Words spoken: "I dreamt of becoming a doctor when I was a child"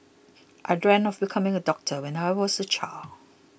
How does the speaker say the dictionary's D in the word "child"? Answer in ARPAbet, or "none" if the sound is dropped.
none